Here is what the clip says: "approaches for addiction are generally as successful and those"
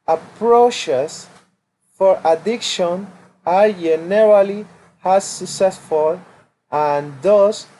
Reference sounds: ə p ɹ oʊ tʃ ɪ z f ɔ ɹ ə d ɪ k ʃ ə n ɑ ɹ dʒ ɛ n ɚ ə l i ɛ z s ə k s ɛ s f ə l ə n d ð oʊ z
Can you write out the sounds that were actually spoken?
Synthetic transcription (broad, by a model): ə p ɹ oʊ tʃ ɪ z f ɔ ɹ ə d ɪ k ʃ ə n ɑ ɹ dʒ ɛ n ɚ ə l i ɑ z s ə k s ɛ s f ə l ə n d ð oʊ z